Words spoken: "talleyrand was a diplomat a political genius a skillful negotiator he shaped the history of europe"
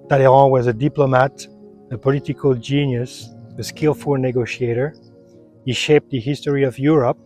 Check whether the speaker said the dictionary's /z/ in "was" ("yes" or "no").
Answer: yes